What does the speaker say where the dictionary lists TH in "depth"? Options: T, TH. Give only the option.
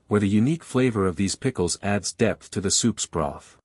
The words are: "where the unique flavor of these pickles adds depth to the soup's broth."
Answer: TH